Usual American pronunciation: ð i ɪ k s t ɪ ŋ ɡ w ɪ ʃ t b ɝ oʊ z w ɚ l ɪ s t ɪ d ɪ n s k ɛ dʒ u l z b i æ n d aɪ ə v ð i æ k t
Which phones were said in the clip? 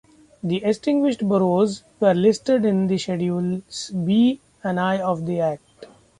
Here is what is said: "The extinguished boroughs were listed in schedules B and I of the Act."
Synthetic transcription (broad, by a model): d i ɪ s t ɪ ŋ ɡ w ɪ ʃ t b ɝ oʊ z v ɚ l ɪ s t ɪ d ɪ n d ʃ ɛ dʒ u l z b i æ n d aɪ ə v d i æ k t